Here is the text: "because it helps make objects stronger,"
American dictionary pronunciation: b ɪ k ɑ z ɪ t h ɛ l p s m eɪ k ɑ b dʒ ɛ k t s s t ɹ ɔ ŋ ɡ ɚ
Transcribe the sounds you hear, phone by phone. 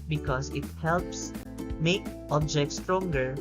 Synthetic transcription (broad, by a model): b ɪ k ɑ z ɪ t h ɛ l p s m eɪ k ɑ b dʒ ɛ k t s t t ɹ ɔ ŋ ɡ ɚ